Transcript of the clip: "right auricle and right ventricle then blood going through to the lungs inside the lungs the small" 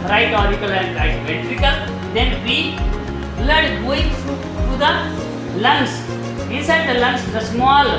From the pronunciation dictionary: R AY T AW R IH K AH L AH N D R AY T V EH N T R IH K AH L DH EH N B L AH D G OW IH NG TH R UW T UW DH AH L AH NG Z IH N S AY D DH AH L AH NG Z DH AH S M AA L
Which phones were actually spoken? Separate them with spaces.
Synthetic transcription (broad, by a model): R AY T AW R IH K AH L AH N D R AY T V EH T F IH K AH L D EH N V L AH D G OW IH NG F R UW T UW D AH L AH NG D IH N S AY D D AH L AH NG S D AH S M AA L